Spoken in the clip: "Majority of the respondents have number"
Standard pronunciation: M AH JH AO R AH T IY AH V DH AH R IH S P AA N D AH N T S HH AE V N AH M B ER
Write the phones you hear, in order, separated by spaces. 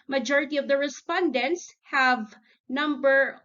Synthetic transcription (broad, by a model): M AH JH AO R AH T IY AH V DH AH R IH S P AA N D AH N T S HH AE V N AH M B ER